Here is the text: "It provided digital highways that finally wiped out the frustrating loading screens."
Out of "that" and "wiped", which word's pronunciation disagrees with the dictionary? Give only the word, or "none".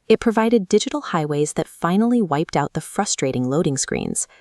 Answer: none